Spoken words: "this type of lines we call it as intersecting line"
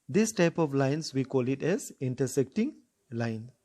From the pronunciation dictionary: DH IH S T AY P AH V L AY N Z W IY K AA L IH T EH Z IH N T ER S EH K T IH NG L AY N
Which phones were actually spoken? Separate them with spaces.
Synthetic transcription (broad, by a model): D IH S T AY P AH V L AY N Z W IY K AA L IH T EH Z IH N T ER S EH K T IH NG L AY N